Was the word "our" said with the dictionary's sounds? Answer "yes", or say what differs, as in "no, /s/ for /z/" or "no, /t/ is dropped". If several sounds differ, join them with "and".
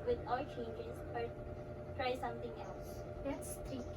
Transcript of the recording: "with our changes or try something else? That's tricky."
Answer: no, /l/ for /ɹ/